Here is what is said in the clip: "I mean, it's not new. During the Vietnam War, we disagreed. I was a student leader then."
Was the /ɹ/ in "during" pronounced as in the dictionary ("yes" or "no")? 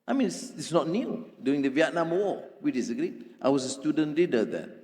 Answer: no